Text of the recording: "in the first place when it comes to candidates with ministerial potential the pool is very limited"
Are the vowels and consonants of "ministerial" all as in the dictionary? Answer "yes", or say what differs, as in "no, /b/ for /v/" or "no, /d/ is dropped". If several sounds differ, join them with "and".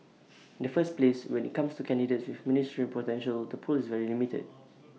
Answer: no, /n/ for /l/